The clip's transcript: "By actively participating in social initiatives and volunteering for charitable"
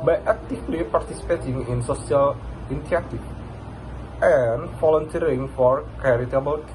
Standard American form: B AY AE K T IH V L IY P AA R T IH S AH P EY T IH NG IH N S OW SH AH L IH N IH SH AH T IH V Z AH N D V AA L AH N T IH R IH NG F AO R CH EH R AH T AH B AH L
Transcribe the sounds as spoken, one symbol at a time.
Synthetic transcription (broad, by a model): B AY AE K T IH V L IY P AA R T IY S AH P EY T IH NG IH N S OW S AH L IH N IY AH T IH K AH N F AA L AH N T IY R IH NG F AO R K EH R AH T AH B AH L